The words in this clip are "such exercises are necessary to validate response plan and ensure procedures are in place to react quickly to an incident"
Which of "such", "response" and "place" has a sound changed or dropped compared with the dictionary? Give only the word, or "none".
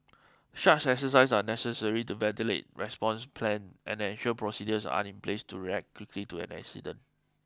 such